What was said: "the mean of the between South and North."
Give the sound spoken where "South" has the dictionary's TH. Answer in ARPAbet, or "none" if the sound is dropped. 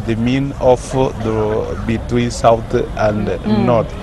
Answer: T